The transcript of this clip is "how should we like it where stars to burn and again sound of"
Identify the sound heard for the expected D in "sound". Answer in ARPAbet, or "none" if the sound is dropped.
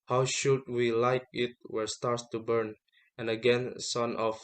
none